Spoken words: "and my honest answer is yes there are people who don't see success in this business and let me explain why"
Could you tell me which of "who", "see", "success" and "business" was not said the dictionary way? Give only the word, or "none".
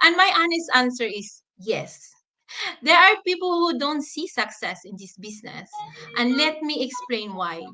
business